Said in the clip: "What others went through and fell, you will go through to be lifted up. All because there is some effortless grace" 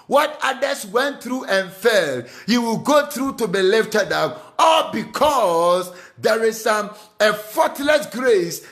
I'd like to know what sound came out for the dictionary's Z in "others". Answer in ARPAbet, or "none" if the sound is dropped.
S